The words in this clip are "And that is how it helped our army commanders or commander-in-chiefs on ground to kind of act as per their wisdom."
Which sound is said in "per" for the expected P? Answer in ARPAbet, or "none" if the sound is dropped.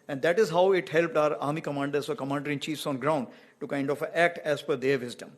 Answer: F